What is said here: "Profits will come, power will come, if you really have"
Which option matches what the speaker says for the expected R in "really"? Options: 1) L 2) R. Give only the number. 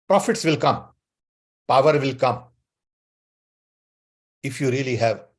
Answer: 2